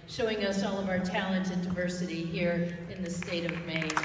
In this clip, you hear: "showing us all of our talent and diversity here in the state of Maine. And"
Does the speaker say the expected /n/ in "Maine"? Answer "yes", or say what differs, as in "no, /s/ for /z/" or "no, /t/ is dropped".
no, /n/ is dropped